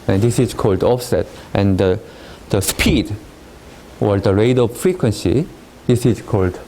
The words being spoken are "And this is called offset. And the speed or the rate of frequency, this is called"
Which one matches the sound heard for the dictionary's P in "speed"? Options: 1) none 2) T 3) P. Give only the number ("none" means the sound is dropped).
3